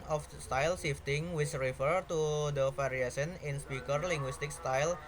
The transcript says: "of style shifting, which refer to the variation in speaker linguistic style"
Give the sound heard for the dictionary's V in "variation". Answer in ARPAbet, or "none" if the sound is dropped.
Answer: F